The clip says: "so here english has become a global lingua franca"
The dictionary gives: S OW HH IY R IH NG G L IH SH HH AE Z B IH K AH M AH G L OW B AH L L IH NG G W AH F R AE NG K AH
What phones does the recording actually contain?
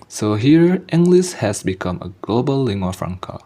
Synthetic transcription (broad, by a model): S OW HH IY R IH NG G L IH S HH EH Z B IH K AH M AH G L OW B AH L L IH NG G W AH F R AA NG K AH